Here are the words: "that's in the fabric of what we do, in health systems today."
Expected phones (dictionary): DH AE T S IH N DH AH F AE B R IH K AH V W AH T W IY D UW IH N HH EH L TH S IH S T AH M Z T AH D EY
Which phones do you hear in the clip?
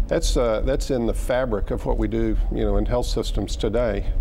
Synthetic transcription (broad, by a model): DH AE T S IH N DH AH F AE B R IH K AH V W AH T W IY D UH IH N HH EH L TH S IH S T AH M Z T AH D EY